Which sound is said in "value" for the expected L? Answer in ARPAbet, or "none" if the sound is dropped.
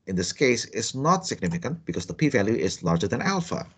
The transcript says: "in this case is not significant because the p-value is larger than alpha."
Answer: L